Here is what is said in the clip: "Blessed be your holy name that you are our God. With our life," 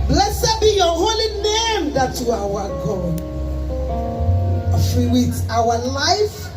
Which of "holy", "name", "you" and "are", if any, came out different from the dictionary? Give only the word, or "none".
are